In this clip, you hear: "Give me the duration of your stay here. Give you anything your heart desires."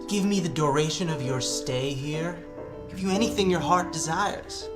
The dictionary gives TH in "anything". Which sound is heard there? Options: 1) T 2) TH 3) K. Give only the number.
2